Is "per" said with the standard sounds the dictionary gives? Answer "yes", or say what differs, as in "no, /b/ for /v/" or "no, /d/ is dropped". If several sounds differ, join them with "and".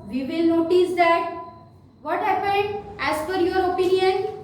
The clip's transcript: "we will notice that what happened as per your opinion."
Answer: no, /f/ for /p/